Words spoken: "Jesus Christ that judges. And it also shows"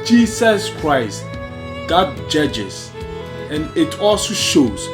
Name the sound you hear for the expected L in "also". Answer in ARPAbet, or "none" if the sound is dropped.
L